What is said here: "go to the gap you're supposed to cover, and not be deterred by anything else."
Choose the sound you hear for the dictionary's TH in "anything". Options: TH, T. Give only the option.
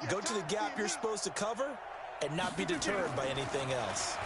TH